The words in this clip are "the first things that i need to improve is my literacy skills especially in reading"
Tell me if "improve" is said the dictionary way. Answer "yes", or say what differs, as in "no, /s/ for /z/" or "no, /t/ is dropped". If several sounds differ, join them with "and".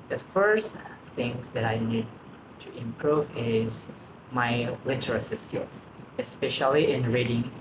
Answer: yes